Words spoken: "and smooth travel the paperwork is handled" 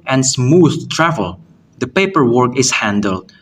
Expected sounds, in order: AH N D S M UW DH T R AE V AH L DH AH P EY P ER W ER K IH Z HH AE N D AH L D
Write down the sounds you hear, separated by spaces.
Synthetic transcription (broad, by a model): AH N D S M UW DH T R AE V AH L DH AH P EY P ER W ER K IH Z HH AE N D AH L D